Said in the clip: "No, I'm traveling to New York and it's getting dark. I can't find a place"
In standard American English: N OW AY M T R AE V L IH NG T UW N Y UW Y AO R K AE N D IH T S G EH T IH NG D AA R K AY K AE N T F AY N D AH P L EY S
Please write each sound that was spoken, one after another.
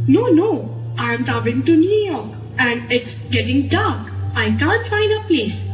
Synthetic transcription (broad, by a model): N OW AY M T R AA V IH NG T UW N Y UW Y AO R K AE N D IH T S G EH T IH NG D AA R K AY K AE N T F AY N D AH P L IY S